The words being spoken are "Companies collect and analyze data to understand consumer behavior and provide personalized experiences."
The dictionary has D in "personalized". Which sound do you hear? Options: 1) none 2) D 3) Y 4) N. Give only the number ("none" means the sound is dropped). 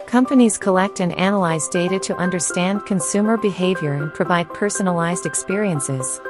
2